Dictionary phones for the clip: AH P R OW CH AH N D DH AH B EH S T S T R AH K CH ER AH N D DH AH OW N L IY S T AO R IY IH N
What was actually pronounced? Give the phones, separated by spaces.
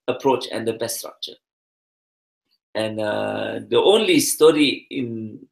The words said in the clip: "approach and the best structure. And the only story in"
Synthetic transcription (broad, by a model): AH P R OW CH AH N D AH B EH S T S T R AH K CH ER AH N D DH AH OW N L IY S T AO R IY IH N